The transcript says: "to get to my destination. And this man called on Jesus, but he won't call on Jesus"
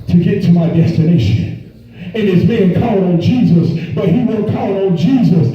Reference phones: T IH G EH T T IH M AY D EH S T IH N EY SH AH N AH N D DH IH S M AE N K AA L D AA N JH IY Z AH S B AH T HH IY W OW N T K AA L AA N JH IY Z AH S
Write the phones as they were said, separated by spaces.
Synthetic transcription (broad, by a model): T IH G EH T T IH M AY D EH S T IH N EY SH AH N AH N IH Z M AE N K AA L AH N JH IY Z AH S B AH T HH IY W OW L K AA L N JH IY Z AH S